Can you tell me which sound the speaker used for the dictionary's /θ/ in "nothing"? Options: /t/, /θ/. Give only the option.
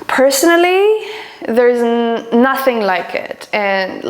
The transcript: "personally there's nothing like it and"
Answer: /θ/